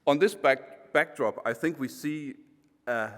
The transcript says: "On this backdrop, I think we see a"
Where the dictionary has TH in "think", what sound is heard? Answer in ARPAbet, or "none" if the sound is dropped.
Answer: TH